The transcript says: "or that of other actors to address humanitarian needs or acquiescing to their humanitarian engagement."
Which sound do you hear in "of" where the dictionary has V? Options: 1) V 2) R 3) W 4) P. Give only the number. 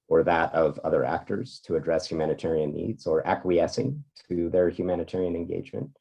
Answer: 1